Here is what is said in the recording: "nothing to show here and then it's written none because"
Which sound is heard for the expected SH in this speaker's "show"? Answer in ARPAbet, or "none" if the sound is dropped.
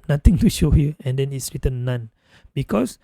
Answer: SH